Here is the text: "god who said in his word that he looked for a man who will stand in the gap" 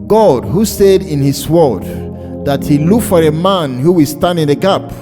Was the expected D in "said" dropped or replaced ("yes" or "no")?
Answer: no